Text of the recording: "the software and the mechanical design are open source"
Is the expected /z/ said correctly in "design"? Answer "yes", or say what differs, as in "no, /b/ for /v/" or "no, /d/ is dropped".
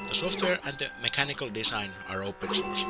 no, /s/ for /z/